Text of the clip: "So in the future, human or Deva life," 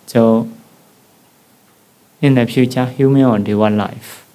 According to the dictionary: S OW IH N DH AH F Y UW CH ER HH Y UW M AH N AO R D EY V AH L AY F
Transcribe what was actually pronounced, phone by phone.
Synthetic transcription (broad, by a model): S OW IH N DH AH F Y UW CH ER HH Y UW M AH AO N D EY W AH L AY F